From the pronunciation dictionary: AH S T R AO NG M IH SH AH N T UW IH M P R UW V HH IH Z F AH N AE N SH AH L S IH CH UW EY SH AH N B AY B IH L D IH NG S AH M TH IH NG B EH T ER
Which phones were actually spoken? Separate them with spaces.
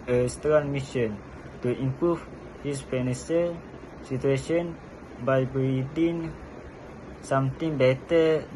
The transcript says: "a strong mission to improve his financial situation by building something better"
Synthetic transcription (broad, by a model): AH S T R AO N M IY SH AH N T UW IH M P R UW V HH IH S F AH N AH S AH S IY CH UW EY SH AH N B AY B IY D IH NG S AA M T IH NG B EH T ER